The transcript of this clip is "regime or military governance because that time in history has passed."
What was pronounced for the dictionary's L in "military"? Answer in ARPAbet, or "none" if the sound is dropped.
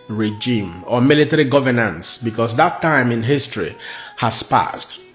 L